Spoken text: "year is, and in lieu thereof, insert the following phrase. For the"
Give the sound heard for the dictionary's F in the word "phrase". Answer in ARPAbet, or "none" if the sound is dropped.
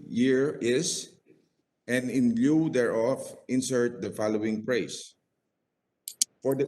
P